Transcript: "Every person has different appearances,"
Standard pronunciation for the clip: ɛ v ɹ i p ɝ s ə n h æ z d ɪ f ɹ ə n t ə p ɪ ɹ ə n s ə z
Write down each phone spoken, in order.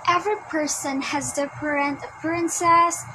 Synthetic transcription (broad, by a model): ɛ v ɹ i p ɝ s ə n h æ z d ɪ p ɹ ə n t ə p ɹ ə n s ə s